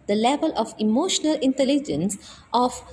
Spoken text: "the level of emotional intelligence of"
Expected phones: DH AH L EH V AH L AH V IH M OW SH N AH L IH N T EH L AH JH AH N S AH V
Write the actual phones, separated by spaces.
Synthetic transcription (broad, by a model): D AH L EH V AH L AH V IH M OW SH N AH L IH N T EH L AH JH AH N S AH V